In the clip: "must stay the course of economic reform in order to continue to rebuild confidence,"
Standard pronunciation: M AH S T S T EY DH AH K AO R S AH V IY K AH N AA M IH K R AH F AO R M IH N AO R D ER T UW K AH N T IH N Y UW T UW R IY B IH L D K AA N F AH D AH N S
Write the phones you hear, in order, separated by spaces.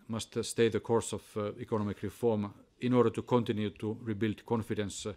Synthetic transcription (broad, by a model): M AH S T S T EY DH AH K AO R S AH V IY K AH N AA M IH K R AH F AO R M IH N AO R D ER T UW K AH N T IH N Y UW T UW R IY B IH L D K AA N F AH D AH N S